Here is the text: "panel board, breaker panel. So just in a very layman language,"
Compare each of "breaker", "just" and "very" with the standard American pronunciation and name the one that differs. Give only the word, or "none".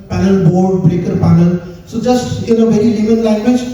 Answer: none